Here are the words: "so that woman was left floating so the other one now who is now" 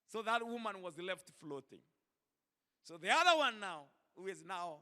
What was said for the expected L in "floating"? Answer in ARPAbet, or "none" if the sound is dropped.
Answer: L